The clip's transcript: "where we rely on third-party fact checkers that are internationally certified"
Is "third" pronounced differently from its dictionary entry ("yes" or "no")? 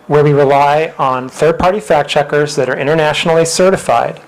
no